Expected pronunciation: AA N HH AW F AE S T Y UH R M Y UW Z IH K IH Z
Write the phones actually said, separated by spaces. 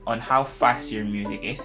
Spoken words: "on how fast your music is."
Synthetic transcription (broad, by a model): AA N HH AW F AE S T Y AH R M Y UW Z IH K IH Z